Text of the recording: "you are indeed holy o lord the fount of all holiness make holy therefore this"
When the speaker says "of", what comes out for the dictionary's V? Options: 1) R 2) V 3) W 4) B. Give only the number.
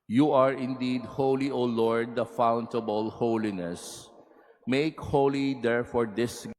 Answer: 4